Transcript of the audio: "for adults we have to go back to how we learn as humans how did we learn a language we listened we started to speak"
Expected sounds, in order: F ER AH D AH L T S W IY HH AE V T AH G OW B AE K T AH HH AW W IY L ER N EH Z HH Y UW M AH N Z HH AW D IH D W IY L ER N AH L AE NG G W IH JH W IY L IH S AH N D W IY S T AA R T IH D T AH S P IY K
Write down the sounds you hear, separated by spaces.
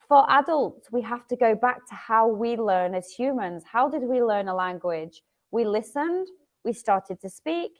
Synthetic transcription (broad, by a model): F ER AH D AH L T S W IY HH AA F T AH G OW B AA K T AH HH AW W IY L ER N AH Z HH Y UW M AH N Z HH AW D IH D W IY L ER N AH L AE NG G W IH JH W IY L IH S AH N D W IY S T AA R T IH D T AH S P IY K